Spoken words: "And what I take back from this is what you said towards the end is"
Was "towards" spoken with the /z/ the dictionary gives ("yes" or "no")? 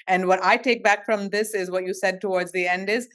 yes